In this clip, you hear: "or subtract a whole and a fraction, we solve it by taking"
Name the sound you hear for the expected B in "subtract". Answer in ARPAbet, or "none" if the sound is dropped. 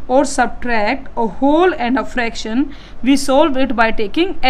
B